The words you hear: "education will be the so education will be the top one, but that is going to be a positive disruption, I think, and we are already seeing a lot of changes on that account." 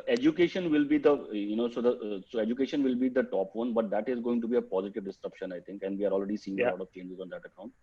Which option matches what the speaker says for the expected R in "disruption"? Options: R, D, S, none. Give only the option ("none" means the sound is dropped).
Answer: R